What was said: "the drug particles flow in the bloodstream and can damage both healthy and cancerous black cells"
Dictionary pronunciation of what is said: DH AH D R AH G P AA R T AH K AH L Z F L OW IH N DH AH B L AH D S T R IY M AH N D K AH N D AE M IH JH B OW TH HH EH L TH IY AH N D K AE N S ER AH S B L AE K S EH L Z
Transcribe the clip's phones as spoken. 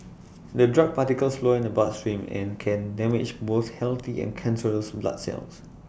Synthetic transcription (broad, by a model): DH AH D R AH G P AA T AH K AH L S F L OW IH N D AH B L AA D S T R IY M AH N K AH N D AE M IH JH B OW S HH EH L T IY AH N K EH N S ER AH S B L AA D S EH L S